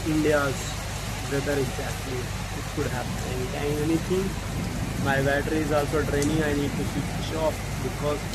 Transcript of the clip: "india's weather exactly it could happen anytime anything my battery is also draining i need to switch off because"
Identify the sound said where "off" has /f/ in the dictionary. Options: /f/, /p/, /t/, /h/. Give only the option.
/p/